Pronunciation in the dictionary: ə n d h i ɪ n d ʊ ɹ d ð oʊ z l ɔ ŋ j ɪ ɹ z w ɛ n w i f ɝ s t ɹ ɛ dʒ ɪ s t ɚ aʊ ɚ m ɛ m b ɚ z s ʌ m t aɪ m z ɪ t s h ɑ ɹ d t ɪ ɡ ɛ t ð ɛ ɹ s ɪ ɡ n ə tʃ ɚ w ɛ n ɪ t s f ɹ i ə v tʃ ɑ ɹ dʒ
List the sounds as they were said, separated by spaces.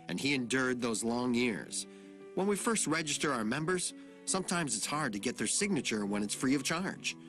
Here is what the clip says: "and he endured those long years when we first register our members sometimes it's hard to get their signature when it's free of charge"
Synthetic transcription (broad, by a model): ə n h i ɪ n d ʊ ɹ d ð oʊ z l ɔ ŋ j ɪ ɹ z w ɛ n w i f ɝ s t ɹ ɛ dʒ ɪ s t ɚ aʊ ɚ m ɛ m b ɚ z s ʌ m t aɪ m z ɪ t s h ɑ ɹ d t ɪ ɡ ɛ t ð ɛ ɹ s ɪ ɡ n ə tʃ ɚ w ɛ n ɪ t s f ɹ i ə v tʃ ɑ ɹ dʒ